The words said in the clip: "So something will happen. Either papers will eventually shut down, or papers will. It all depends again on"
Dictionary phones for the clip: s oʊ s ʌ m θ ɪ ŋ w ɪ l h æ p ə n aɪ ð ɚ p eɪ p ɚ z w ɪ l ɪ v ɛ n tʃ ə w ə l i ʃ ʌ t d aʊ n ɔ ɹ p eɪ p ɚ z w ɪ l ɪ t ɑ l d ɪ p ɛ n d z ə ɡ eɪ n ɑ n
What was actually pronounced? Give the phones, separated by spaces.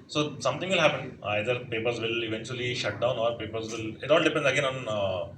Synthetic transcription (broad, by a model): s oʊ s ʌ m t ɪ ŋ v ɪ l h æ p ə n aɪ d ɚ p eɪ p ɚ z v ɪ l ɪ v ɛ n tʃ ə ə l i ʃ ʌ t d aʊ n ɔ ɹ p eɪ p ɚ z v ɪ l ɪ t ɑ l d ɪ p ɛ n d ə ɡ eɪ n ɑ n